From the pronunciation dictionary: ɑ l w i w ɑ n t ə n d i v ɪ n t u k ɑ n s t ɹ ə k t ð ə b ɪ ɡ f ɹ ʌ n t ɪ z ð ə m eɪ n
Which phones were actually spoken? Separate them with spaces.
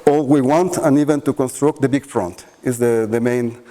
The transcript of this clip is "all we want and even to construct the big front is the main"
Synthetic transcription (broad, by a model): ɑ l w i w ɑ n t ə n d i v ɪ n t u k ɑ n s t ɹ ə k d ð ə b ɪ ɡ f ɹ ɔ n t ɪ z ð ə m eɪ n